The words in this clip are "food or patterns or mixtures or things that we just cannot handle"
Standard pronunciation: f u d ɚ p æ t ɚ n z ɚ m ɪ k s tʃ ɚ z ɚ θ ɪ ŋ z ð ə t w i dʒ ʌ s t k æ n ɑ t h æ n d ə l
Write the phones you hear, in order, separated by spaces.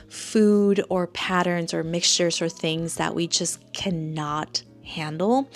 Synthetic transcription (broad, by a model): f u d ɚ p æ t ɚ n z ɚ m ɪ k s tʃ ɚ z ɚ θ ɪ ŋ z ð ə t w i dʒ ʌ s k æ n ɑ t h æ n d l